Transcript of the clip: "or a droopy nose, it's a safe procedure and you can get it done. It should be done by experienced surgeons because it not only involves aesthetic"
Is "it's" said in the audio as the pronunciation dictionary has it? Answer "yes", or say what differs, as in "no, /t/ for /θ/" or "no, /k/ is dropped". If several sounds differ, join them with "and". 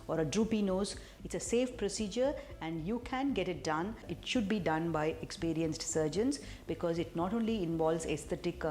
yes